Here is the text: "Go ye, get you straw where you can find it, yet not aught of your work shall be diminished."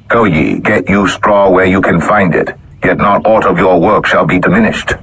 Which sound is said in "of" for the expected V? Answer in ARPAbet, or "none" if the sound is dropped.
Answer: V